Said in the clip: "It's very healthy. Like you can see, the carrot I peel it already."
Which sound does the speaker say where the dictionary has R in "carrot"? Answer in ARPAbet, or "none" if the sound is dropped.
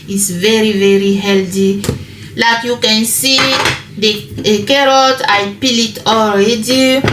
R